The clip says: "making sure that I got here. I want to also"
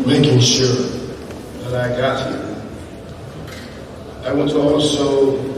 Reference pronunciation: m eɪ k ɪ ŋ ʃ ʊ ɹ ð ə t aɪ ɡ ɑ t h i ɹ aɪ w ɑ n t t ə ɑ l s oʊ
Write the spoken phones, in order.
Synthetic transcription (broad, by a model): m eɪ k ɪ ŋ ʃ ʊ ɹ ð ə t aɪ ɡ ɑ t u aɪ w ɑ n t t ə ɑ l s oʊ